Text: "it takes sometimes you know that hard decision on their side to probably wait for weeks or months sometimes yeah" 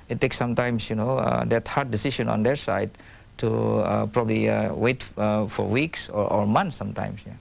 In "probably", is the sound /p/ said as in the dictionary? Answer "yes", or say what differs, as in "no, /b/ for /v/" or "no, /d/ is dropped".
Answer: yes